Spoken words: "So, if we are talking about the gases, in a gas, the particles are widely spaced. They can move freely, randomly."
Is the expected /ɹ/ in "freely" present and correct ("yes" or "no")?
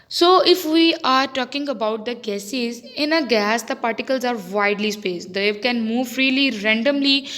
yes